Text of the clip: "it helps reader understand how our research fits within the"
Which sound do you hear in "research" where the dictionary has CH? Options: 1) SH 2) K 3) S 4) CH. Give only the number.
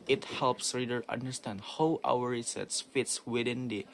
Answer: 3